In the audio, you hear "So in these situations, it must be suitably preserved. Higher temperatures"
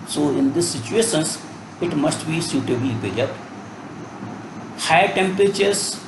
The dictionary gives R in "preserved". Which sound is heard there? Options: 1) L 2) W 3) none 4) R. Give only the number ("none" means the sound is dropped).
3